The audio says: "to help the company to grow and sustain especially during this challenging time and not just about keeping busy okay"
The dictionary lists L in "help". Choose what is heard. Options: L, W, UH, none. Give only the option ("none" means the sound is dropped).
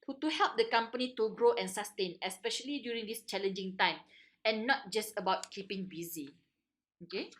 L